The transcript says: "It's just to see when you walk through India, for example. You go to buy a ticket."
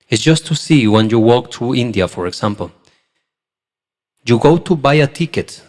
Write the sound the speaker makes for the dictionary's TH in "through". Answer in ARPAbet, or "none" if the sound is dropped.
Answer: T